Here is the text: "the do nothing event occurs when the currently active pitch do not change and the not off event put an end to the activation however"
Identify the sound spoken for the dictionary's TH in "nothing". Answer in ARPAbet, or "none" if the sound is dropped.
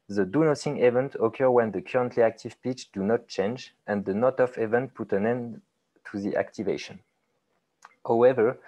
S